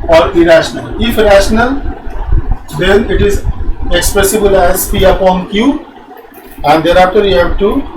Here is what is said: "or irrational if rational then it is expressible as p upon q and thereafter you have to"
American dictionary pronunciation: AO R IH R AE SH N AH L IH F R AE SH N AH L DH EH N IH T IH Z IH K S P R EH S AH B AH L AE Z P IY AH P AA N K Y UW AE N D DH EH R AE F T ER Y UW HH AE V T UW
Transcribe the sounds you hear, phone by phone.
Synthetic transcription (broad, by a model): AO R IH R AE SH N AH L IH F R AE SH N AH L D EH N IH T IH Z IH K S P R EH S AH B AH L AE Z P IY AH P AA N K Y UW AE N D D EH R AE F T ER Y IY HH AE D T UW